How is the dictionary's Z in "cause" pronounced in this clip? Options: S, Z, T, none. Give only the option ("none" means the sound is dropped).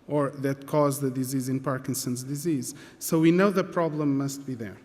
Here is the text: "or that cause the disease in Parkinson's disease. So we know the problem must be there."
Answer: Z